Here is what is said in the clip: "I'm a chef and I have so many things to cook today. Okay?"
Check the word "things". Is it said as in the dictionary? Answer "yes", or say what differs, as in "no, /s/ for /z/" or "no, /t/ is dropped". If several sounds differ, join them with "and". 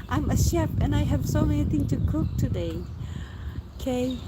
no, /z/ is dropped